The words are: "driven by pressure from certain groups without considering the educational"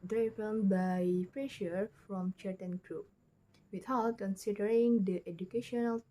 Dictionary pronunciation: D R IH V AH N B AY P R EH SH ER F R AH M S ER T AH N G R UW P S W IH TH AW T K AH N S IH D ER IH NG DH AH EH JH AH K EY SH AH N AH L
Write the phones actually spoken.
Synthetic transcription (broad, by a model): D R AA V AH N B AY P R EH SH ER F R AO M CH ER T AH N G R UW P W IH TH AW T K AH N S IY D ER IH NG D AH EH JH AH K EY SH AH N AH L